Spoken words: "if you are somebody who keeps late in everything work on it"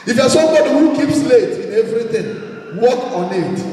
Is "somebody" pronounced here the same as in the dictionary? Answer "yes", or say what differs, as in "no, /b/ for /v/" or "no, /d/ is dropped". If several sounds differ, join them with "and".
yes